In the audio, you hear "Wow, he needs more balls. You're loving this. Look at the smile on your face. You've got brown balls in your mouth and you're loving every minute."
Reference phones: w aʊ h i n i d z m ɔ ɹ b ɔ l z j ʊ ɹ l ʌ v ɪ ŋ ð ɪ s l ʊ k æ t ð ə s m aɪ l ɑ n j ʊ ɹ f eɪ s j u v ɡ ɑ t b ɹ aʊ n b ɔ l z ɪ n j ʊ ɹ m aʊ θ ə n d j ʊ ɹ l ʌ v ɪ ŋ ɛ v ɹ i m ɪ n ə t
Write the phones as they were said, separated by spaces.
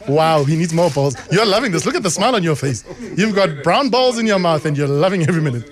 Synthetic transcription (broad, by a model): w aʊ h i n i d z m ɔ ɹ b ɔ l z j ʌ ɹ l ʌ v ɪ ŋ ð ɪ s l ʊ k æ t ð ə s m aɪ l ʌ n j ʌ ɹ f eɪ s j u v ɡ ɑ t b ɹ aʊ n b ɔ l z ɪ n j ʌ ɹ m aʊ θ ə n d j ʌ ɹ l ʌ v ɪ ŋ ɛ v ɹ i m ɪ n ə t